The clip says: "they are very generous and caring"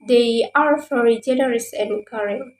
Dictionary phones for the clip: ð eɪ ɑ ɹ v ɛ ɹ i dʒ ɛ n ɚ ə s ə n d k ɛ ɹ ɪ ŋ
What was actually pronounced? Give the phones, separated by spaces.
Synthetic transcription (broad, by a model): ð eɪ ɑ ɹ f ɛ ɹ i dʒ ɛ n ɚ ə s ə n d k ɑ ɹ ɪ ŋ